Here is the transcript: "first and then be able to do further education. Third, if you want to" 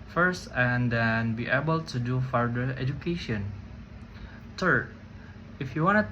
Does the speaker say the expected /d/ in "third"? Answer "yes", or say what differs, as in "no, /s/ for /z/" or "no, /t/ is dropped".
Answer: no, /d/ is dropped